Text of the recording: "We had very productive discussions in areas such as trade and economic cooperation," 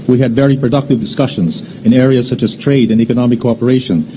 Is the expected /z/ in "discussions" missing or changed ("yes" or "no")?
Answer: no